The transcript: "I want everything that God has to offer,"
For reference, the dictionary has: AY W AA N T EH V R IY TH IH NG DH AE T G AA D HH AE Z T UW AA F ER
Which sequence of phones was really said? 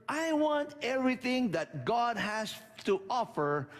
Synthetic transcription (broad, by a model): AY W AA N T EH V R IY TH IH NG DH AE T G AA D HH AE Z T UW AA F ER